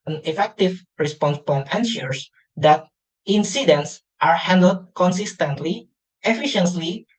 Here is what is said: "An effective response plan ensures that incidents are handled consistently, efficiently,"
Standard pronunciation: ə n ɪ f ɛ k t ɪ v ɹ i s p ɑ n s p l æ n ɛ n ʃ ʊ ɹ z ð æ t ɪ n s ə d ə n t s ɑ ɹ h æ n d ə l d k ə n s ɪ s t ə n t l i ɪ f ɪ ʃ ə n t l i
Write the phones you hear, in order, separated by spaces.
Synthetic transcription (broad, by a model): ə n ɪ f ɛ k t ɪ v ɹ i s p ɑ n s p ɔ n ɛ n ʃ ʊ ɹ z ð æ t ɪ n s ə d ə n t s ɑ ɹ h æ n d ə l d k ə n s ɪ s t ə n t l i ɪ f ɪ ʃ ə n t l i